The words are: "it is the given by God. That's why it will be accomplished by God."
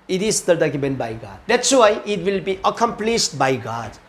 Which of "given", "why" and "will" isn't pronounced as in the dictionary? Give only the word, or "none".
given